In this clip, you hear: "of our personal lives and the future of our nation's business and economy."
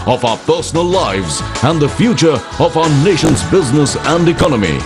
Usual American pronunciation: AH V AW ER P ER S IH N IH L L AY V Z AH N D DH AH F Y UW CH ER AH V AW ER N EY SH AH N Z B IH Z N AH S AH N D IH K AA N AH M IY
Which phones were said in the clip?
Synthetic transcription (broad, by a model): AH V AW ER P ER S IH N IH L L AY V Z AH N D DH AH F Y UW CH ER AH V AW ER N EY SH AH N Z B IH Z N AH S AH N D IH K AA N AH M IY